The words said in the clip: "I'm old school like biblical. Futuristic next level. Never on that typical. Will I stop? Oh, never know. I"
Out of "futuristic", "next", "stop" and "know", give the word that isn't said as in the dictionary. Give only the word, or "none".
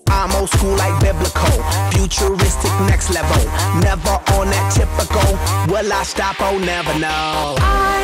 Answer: none